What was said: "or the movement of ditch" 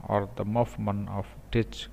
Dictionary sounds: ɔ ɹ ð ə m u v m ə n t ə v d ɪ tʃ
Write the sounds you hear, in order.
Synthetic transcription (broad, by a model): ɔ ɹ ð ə m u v m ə n ə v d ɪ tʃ